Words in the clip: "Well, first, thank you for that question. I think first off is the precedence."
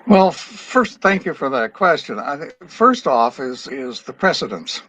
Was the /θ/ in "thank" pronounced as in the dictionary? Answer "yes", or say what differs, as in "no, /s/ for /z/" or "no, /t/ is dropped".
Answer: yes